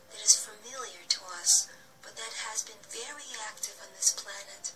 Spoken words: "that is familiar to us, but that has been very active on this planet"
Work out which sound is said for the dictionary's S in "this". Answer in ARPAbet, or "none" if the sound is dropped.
S